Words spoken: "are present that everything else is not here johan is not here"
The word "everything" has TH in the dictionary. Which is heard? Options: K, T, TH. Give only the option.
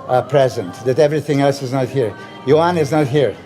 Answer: TH